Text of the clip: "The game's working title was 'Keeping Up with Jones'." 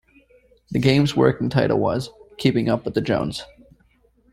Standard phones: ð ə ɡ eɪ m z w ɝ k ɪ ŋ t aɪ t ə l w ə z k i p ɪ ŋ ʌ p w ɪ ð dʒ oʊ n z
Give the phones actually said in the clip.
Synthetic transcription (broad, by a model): ð ə ɡ eɪ m z w ɝ k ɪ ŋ t aɪ t l w ə z k i p ɪ ŋ ʌ p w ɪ ð dʒ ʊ n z